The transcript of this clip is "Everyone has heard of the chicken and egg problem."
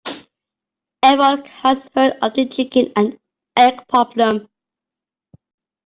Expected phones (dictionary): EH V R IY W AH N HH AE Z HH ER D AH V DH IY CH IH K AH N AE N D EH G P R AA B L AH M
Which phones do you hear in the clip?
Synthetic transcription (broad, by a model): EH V IY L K HH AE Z HH ER D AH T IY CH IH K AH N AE N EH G P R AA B L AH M